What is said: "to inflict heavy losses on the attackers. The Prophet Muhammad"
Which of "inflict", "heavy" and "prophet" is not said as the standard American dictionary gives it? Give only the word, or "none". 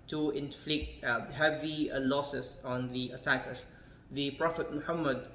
none